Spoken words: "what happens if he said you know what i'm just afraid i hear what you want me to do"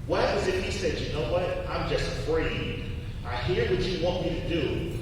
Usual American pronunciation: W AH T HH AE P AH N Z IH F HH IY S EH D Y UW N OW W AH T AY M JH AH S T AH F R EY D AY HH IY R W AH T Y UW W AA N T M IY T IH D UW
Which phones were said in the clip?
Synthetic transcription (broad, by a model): W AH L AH Z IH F HH IY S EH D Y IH N OW W AH T AY M JH AH S T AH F R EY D AY HH IY R W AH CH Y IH W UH N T M IY T IH D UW